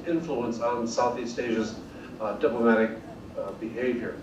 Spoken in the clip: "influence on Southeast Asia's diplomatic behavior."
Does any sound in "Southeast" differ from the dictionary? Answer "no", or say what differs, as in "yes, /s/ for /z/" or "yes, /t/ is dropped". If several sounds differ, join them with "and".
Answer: no